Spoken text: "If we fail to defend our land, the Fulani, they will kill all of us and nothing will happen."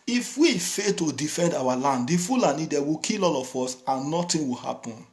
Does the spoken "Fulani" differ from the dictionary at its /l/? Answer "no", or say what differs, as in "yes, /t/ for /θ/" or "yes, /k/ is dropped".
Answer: no